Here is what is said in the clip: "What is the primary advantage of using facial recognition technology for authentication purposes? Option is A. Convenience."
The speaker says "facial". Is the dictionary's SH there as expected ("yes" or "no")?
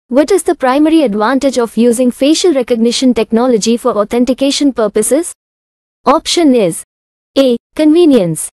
yes